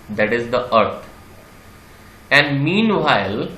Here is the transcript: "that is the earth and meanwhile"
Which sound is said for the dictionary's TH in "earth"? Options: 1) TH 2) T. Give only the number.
2